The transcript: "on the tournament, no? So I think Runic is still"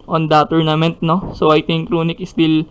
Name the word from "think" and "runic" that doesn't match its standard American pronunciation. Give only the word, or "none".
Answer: think